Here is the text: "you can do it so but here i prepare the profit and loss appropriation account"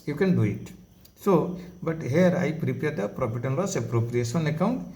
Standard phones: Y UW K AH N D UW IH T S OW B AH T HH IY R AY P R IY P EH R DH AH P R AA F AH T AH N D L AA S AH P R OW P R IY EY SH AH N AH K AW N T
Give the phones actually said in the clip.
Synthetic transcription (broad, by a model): Y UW K AH N D UW IH T S OW B AH T HH IY R AY P R IY P EH R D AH P R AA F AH T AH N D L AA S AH P R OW P R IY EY S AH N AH K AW N T